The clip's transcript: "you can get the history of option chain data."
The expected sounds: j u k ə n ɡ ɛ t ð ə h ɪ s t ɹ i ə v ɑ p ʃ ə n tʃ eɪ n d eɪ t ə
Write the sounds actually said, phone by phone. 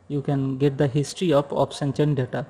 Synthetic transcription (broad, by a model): j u k ə n ɡ ɛ t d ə h ɪ s t ɹ i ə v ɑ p s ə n tʃ eɪ n d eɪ t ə